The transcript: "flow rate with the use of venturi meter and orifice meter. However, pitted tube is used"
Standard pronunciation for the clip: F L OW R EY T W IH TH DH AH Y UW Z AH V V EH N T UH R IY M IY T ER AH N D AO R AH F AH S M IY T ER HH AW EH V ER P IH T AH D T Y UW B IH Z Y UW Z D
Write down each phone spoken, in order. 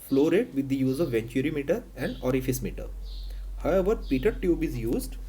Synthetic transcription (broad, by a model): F L OW R EY T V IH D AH Y UW Z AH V V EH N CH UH R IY M IY T ER AH N D AO R AH F AH S M IY T ER HH AW EH V ER P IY T AH D T Y UW B IH Z Y UW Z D